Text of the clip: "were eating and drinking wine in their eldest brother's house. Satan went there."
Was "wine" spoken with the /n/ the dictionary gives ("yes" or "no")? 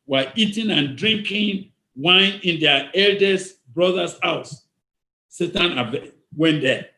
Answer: yes